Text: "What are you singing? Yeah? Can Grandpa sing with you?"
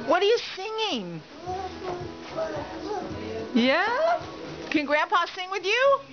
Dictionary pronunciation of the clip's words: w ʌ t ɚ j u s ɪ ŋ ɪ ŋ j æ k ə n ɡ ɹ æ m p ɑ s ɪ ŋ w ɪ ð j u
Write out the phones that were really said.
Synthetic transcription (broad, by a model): w ʌ t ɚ j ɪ s ɪ ŋ ɪ ŋ j æ k ə n ɡ ɹ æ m p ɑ s ɪ ŋ w ɪ ð j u